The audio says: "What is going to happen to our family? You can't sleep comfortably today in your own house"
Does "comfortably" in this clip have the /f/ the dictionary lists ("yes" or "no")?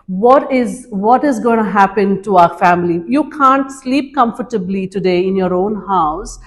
yes